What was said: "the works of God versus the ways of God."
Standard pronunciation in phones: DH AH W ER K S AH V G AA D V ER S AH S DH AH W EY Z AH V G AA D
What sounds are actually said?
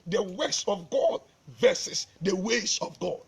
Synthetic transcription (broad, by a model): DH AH W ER S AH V G AA D V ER S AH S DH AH W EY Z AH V G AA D